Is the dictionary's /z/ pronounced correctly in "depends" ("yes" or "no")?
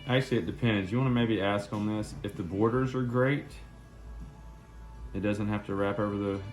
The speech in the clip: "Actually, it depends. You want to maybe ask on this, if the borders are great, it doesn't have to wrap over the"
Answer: yes